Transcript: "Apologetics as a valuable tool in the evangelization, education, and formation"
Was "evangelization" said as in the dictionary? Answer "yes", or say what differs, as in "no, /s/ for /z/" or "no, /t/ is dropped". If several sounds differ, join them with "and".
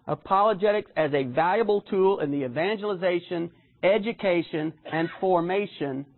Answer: yes